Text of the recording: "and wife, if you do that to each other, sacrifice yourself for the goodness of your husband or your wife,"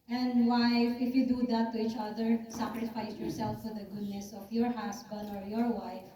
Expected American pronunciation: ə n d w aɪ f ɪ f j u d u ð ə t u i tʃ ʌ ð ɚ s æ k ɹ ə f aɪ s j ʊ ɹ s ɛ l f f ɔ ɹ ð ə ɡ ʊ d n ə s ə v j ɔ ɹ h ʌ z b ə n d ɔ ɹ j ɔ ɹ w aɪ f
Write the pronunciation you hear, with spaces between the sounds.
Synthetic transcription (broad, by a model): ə n d w aɪ f ɪ f j u d u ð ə t u i tʃ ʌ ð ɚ s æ k ɹ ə f aɪ s j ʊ ɹ s ɛ l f f ɔ ɹ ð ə ɡ ʊ d n ə s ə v j ɔ ɹ h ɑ s b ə n d ɔ ɹ j ɔ ɹ w aɪ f